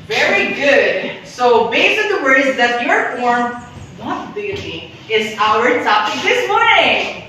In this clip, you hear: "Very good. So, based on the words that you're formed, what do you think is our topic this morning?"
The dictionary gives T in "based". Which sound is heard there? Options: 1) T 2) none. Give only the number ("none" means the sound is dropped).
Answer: 2